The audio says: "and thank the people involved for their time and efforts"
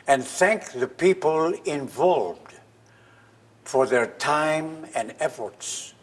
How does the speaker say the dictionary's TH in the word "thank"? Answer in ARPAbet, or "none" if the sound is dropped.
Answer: TH